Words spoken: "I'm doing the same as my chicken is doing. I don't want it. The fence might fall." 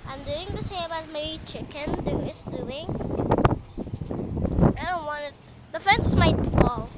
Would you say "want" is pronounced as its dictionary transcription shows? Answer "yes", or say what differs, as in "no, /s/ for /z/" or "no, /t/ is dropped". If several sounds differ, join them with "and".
no, /t/ is dropped